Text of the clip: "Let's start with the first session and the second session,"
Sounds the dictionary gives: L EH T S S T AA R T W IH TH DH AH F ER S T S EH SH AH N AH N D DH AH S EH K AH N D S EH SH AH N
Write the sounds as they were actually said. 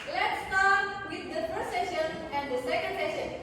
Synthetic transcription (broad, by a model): L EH T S S T AA R T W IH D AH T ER T S EH SH AH N AH N D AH S EH K AH N D S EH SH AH N